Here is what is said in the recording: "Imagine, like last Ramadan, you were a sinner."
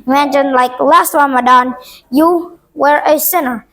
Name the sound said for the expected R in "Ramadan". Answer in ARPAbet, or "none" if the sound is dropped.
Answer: W